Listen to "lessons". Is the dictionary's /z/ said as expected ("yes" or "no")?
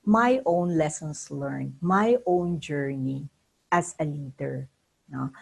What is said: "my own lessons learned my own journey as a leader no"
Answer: no